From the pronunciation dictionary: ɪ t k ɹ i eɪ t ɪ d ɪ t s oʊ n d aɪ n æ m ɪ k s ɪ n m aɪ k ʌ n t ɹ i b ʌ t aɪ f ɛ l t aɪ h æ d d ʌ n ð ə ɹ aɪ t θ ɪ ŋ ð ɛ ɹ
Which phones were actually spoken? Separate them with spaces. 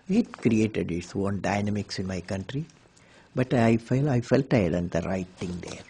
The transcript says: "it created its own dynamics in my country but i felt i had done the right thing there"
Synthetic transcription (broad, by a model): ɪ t k ɹ i eɪ t ɪ d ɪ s oʊ n d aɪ n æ m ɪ k s ɪ n m aɪ k ʌ n t ɹ i b ʌ t aɪ f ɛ l aɪ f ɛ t d ʌ n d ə ɹ aɪ t t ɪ ŋ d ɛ ɹ